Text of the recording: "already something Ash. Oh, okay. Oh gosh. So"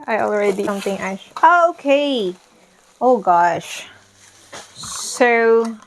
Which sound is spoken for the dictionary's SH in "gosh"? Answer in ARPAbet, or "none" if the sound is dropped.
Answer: SH